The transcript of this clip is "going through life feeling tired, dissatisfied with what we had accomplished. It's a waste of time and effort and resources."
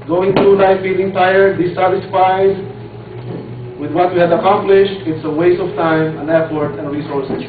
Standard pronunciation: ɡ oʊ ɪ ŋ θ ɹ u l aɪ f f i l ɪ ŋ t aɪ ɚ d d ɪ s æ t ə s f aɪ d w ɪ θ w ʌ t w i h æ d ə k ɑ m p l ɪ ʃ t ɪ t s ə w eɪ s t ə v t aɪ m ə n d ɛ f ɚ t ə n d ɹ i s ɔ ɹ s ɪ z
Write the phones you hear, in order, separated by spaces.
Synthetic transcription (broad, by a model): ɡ oʊ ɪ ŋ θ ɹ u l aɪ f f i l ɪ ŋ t aɪ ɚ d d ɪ s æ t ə s f aɪ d w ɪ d w ʌ t w i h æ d ə k ɑ m p l ɪ ʃ t ɪ t s ə w eɪ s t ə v t aɪ m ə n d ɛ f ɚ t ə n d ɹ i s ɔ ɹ s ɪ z